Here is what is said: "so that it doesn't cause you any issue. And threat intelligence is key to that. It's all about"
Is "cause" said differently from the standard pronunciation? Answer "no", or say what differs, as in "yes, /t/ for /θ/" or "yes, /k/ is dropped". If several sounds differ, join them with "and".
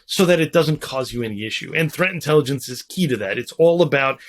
no